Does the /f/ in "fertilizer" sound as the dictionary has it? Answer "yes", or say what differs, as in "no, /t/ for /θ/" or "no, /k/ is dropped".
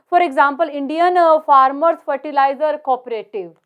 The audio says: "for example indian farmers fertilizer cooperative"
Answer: yes